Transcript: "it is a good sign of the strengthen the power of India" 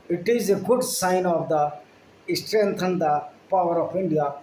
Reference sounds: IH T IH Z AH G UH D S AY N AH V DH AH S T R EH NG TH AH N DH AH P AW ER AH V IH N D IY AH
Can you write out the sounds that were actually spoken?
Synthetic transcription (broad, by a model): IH T IH Z AH G UH D S AY N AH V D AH S T R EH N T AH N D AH P AW ER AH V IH N D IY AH